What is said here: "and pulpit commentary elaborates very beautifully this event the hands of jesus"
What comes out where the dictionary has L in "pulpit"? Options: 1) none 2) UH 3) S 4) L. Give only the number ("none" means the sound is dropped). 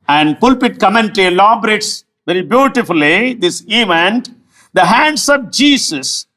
4